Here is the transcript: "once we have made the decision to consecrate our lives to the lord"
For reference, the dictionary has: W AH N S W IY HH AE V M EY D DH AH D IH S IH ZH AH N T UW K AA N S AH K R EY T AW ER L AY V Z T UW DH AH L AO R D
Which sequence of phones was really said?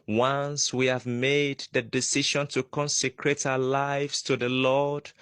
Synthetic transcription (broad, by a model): W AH N S W IY HH AE V M EY D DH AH D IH S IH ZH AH N T UW K AA N S AH K R EY T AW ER L AY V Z T UW DH AH L AO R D